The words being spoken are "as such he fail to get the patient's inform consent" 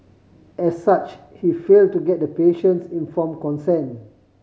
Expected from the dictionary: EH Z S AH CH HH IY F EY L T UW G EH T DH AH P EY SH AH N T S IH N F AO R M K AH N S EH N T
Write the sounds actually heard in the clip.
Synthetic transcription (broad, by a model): EH S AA CH HH IY F EY L T UW G EH T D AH P EY SH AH N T S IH N F AO M K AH N S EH N